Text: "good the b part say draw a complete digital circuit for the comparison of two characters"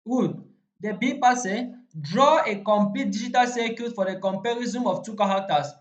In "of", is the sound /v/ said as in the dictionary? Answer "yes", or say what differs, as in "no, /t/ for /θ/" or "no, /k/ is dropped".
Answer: no, /f/ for /v/